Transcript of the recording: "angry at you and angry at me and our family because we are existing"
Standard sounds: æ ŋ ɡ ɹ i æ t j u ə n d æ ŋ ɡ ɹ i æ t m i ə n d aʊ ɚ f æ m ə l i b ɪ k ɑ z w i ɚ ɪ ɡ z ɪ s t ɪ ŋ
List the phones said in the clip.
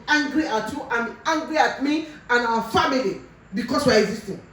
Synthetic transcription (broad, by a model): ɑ ŋ ɡ ɹ i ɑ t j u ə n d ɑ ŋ ɡ ɹ i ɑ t m i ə n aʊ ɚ f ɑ m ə l i b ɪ k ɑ s w i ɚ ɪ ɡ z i s t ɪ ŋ